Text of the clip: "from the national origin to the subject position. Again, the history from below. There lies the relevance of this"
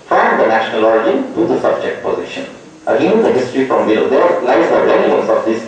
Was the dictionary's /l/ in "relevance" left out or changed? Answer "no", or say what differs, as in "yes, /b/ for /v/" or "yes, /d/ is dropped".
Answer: yes, /n/ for /l/